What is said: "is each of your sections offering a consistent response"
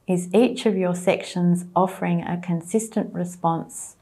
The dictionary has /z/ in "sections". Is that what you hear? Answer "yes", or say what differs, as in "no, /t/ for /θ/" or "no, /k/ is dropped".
yes